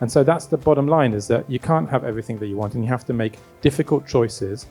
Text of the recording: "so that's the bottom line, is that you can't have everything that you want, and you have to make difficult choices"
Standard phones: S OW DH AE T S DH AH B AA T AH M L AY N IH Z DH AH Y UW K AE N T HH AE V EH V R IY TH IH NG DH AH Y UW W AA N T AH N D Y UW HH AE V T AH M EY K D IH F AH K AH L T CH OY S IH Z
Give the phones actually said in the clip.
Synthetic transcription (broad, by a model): S OW DH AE T S DH AH B AA T AH M L AY N IH Z DH AH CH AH K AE N T HH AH V EH V R IY TH IH NG DH AH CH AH W AA N T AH N Y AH HH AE F T AH M EY K D IH F AH K AH L T CH OY S IH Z